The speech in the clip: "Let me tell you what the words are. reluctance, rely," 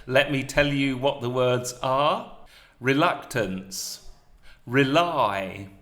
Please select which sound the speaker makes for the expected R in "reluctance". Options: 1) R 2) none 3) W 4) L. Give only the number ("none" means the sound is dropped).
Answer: 1